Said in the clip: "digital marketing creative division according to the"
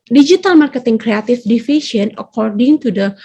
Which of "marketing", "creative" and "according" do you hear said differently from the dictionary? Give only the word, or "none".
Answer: creative